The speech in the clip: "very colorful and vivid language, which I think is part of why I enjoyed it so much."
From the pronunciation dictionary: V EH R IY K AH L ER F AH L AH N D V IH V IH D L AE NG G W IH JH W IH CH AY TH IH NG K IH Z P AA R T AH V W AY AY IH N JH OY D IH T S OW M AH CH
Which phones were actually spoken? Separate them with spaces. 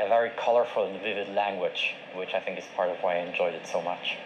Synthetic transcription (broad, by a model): V EH R IY K AH L ER F AH L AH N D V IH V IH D L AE NG G W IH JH W IH CH AY TH IH NG K IH Z P AA R T AH V W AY AY IH N JH OY D IH T S OW M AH CH